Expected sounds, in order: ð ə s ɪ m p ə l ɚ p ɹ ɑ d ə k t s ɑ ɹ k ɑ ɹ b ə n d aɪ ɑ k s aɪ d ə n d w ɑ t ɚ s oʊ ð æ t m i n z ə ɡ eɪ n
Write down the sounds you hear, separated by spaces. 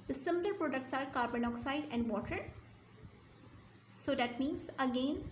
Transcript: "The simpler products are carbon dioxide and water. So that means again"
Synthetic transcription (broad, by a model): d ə s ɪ m ə l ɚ p ɹ ɑ d ə k t s ɑ ɹ k ɑ ɹ b ə n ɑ k s aɪ d ə n d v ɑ t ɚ s oʊ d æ t m i n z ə ɡ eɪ n